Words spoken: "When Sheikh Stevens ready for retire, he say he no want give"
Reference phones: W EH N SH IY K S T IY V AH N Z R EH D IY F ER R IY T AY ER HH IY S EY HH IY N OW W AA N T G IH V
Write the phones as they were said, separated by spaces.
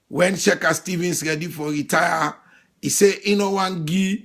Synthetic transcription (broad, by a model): W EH N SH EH K S T IY V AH N S R EH D IY F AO R IY T AY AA IY S EY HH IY N OW W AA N G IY